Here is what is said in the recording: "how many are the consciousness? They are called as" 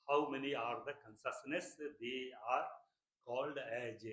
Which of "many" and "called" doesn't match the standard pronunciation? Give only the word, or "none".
none